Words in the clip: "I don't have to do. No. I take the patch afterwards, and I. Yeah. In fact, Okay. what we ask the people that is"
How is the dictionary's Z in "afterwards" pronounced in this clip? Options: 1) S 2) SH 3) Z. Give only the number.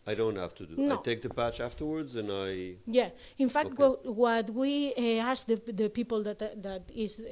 3